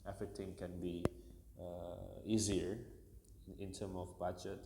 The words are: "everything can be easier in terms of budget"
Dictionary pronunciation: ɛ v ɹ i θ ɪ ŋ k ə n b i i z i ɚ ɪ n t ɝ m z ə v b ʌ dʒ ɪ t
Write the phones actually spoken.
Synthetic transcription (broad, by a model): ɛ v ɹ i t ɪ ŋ k ə n b i i z i ɚ ɪ n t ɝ m ə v b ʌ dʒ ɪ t